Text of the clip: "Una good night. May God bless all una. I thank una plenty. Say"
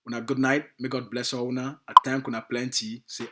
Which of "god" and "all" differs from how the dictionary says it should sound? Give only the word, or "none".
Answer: all